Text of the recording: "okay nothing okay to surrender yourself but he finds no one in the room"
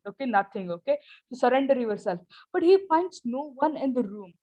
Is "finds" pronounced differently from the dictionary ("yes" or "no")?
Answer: yes